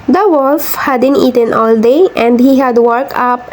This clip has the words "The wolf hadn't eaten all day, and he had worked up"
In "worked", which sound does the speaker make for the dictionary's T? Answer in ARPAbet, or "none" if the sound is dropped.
none